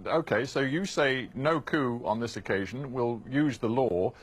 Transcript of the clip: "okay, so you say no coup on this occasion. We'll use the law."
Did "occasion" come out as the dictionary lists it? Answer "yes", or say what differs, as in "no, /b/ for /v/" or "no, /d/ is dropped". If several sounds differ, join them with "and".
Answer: yes